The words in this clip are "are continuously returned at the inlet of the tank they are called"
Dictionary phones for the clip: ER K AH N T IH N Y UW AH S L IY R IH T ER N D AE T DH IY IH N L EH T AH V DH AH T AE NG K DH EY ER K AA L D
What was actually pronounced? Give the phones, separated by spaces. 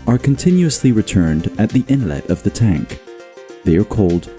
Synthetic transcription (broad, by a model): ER K AH N T IH N Y UW AH S L IY R IH T ER N D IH T DH IY IH N L EH T AH V DH AH T AE NG K DH EY ER K AA L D